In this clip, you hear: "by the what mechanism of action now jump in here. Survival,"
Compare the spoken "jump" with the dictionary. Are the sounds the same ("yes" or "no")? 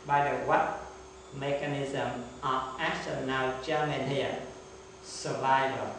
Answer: no